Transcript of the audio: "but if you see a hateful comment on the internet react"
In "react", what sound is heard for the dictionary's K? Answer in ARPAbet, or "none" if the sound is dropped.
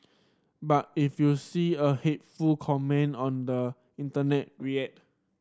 none